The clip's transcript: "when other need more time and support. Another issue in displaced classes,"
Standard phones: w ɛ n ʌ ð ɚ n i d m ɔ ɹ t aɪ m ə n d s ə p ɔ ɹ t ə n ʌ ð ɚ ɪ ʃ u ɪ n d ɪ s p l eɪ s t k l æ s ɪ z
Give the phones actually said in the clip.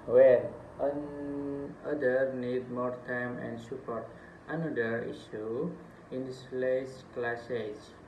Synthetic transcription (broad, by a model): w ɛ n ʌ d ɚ n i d m ɔ ɹ t aɪ m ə n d s ə p ɔ ɹ t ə n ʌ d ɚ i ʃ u ɪ n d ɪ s l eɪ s k l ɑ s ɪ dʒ